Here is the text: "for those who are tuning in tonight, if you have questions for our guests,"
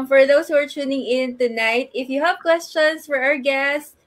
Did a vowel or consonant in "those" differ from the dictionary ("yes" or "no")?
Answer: yes